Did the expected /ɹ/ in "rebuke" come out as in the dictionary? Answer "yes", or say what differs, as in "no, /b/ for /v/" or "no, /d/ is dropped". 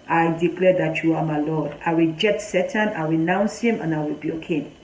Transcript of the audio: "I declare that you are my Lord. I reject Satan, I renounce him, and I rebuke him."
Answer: no, /w/ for /ɹ/